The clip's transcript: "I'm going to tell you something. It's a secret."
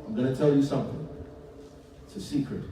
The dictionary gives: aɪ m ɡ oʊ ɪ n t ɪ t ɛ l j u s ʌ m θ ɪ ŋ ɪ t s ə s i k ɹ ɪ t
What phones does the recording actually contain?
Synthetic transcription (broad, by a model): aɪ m ɡ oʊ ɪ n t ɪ t ɛ l j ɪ s ʌ m θ ɪ ŋ ɪ t s ə s i k ɹ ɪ t